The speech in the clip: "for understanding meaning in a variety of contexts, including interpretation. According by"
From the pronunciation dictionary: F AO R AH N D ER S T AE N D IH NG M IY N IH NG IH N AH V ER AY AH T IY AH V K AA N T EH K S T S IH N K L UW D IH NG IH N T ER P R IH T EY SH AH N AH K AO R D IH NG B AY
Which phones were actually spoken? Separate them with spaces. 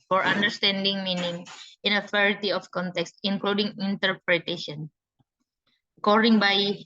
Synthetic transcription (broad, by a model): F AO R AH N D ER S T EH N D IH NG M IY N IH NG IH N AH F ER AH T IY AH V K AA N T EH K S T IH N K L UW D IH NG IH N T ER P R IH T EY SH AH N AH K AO R D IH NG B AY